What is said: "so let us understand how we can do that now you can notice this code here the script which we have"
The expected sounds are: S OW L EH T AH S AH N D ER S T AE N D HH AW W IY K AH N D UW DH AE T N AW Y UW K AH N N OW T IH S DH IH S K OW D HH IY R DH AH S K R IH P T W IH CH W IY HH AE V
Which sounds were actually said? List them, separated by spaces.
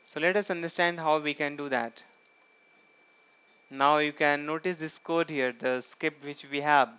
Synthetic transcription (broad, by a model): S OW L EH T AH S AH N D ER S T AE N D HH AW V IY K AH N D UW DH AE T N AW Y UW K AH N N OW T IH S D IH S K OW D HH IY R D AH S K IH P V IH CH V IY HH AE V